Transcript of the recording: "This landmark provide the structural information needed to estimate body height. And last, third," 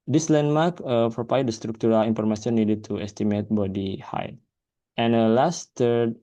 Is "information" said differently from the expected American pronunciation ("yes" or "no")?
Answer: yes